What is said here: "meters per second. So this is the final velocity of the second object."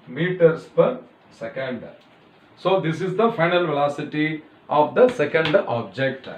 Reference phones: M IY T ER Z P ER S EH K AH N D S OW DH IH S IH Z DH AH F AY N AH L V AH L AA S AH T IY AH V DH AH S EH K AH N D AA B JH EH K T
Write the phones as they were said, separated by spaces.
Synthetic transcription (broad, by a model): M IY T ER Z P ER S EH K AH N D S OW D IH S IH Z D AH F AY N AH L V AH L AA S AH T IY AH V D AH S EH K AH N D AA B JH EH K T